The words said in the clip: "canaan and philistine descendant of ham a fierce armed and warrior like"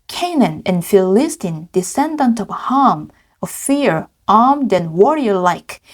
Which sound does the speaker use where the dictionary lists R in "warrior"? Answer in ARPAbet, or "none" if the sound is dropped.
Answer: R